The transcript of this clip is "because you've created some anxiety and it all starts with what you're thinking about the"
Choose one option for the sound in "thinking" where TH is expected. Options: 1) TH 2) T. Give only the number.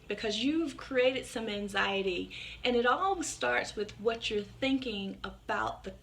1